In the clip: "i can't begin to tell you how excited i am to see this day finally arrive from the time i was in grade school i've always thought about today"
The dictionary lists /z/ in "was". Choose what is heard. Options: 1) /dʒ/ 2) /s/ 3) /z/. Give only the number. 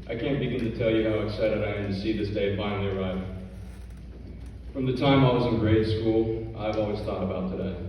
3